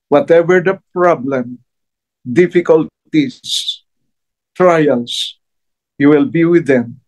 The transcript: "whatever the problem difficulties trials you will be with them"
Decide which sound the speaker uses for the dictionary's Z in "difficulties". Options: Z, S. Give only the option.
S